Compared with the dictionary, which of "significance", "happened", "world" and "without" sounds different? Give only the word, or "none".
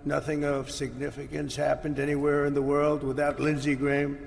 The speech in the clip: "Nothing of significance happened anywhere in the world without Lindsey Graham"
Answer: none